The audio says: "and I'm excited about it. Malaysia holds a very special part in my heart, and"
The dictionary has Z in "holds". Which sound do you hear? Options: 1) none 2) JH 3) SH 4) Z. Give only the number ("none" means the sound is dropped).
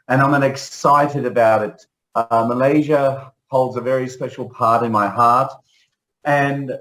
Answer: 4